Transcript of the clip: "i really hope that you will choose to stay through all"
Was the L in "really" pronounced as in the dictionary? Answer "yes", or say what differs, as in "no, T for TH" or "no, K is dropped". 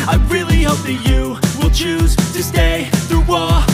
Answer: yes